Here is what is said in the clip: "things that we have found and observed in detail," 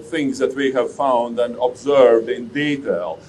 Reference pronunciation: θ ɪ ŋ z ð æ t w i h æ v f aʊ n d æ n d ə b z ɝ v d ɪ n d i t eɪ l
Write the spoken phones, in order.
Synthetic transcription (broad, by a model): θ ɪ ŋ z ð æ t w i h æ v f aʊ n d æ n d ə b z ɝ v d ɪ n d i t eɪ l